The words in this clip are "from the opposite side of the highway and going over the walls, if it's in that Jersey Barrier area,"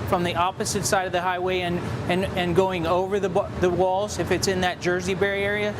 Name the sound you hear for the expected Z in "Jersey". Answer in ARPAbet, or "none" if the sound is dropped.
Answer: Z